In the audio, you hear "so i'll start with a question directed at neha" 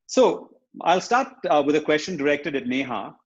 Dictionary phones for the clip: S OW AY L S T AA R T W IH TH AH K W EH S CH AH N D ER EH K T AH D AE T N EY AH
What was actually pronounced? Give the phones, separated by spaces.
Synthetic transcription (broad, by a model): S OW AY L S T AA R T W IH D AH K W EH S CH AH N D ER EH K T AH D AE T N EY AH